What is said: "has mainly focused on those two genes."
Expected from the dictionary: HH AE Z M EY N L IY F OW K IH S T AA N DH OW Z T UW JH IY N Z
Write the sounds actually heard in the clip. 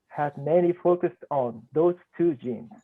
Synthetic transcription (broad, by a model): HH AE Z M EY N IY F OW K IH S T AA N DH OW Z T UW JH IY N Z